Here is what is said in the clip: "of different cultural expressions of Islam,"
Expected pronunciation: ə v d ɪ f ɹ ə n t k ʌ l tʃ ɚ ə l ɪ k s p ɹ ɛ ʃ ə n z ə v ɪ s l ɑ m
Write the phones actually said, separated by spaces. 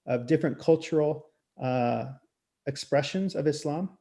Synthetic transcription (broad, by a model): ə v d ɪ f ɹ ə n k ʌ l tʃ ɚ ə ɪ k s p ɹ ɛ ʃ ə n z ə v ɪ s l ɑ m